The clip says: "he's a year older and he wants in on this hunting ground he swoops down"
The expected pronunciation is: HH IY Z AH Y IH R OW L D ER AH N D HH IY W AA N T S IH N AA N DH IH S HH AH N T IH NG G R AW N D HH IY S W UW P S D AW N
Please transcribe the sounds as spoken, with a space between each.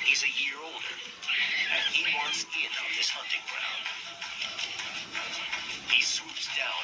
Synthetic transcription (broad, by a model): HH IY Z AH Y IH R OW L D ER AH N HH IY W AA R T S IH N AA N DH IH S HH AH N T IH NG G R AW N D HH IY S W UW P S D AW N